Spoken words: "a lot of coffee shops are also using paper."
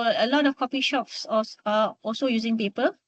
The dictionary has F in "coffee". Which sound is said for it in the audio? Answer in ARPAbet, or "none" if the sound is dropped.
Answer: P